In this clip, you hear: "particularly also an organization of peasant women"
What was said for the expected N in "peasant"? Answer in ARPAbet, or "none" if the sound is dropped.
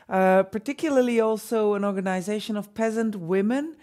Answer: N